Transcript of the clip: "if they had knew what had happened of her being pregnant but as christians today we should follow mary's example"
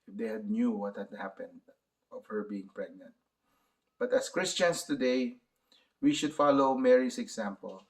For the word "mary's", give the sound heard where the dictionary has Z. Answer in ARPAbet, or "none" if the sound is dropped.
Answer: S